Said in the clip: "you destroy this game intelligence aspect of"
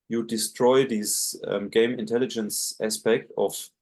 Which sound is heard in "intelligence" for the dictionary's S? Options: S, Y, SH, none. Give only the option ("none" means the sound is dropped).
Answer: S